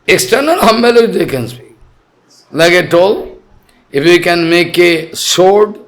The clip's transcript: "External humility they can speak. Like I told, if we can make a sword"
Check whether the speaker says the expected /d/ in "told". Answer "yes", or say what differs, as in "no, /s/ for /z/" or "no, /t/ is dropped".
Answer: no, /d/ is dropped